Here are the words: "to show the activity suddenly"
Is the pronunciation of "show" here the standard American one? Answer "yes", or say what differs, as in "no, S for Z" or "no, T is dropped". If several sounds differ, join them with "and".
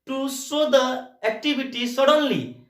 no, S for SH